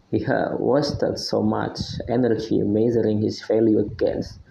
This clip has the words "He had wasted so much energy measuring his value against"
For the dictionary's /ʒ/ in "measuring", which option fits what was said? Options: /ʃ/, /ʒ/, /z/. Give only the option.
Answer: /z/